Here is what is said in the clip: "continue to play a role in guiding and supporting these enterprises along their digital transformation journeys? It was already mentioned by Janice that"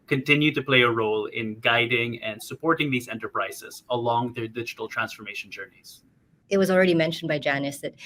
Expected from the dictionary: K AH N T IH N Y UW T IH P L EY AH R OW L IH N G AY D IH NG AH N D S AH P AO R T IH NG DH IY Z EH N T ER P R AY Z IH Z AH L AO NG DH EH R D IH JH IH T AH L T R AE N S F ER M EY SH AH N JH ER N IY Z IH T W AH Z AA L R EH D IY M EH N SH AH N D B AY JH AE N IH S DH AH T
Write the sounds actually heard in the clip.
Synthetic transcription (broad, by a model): K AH N T IH N Y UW T IH P L EY AH R OW L IH N G AY D IH NG AH N D S AH P AO R T IH NG DH IY Z EH N T ER P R AY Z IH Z AH L AO NG DH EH R D IH JH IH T L T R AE N S F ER M EY SH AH N JH ER N IY Z IH T W AH Z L R EH D IY M EH N SH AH N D B AY JH AE N IH S DH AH T